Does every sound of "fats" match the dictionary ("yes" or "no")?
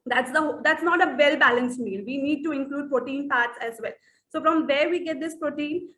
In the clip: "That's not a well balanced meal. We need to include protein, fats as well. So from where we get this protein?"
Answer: no